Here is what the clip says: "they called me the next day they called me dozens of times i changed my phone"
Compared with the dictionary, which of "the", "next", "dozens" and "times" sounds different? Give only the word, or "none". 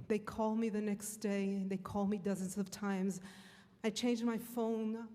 none